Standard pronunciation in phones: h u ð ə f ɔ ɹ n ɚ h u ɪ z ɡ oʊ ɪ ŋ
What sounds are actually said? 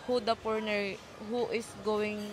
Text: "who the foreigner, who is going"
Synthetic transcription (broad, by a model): h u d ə p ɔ ɹ n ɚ h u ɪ s ɡ oʊ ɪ ŋ